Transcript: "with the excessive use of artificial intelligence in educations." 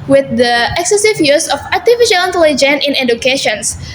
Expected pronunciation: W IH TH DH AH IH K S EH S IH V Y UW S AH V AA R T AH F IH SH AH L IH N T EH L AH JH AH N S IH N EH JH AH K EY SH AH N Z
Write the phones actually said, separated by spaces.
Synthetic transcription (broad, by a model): W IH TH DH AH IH K S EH S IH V Y UW S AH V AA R T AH F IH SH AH L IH N T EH L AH JH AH N IH N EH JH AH K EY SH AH N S